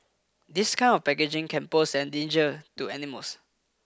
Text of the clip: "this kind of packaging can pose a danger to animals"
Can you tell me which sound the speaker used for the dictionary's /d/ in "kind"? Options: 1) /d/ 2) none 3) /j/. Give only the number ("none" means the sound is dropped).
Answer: 2